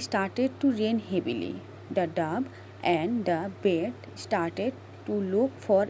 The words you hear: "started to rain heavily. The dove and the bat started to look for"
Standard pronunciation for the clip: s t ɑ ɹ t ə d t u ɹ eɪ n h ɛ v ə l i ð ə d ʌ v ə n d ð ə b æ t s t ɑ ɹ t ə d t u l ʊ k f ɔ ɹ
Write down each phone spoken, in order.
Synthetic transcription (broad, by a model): s t ɑ ɹ t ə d t u ɹ eɪ n h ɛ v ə l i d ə d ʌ b ə n d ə b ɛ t s t ɑ ɹ t ə d t u l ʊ k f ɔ ɹ